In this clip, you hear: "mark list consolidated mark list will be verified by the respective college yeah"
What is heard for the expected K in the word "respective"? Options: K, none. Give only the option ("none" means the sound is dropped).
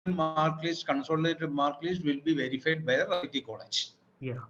none